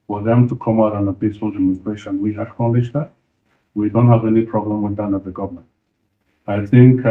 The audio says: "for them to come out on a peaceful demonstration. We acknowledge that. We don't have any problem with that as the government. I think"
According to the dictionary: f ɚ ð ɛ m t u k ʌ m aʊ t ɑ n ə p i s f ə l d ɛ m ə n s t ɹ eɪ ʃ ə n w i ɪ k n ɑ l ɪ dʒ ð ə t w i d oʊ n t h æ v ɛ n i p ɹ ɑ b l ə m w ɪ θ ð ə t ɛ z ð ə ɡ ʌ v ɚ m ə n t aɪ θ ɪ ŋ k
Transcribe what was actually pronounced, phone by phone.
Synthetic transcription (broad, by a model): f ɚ ð ɛ m t u k ʌ m aʊ t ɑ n ə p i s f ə l d ɛ m ə n s t ɹ eɪ ʃ ə n w i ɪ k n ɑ l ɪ ʃ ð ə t w i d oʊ n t h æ v ɛ n i p ɹ ɑ b l ə m w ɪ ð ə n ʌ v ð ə ɡ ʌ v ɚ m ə n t aɪ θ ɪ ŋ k